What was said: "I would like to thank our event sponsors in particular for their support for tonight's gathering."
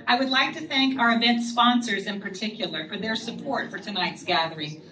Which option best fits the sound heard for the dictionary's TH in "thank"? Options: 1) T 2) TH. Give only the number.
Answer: 2